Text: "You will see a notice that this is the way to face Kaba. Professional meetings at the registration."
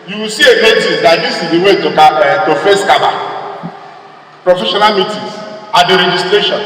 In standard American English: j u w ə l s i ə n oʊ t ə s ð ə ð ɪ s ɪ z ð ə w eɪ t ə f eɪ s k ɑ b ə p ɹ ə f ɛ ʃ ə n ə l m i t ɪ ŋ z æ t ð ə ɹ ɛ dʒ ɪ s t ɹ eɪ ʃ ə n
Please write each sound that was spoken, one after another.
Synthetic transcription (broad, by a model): j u w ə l s i ə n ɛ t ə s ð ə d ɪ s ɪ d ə w eɪ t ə f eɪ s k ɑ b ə p ɹ ə f ɛ ʃ ə n ə l m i t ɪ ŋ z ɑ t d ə ɹ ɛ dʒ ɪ s t ɹ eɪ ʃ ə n